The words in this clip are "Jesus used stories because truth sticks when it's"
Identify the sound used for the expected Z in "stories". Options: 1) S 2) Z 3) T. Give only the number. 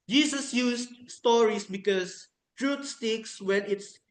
1